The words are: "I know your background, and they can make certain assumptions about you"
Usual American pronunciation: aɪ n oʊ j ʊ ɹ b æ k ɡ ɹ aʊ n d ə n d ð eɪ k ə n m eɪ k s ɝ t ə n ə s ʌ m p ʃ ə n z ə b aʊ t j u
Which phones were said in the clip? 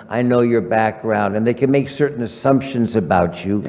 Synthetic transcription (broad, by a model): aɪ n oʊ j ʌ ɹ b æ k ɡ ɹ aʊ n d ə n ð eɪ k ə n m eɪ k s ɝ t n ə s ʌ m p ʃ ə n z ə b aʊ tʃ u